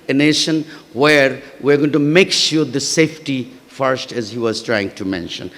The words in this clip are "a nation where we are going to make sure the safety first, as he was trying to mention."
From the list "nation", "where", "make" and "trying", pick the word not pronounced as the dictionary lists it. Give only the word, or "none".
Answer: none